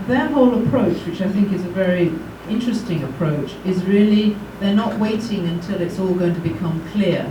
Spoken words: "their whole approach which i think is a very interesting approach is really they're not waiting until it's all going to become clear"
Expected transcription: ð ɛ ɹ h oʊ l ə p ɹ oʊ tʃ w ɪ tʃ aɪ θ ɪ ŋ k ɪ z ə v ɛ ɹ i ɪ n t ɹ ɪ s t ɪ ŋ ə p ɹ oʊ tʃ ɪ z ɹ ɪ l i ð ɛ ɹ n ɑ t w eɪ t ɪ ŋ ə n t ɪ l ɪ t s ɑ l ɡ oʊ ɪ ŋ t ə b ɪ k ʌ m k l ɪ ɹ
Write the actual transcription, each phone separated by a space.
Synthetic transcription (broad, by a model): ð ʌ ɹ h oʊ l ə p ɹ oʊ tʃ w ɪ tʃ aɪ θ ɪ ŋ k ɪ z ə v ɛ ɹ i ɪ n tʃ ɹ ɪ s t ɪ ŋ ə p ɹ oʊ tʃ ɪ z ɹ ɪ l i ð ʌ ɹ n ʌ t w eɪ t ɪ ŋ ə n t ɪ l ɪ t s ɑ l ɡ oʊ ɪ ŋ t ə b ɪ k ʌ m k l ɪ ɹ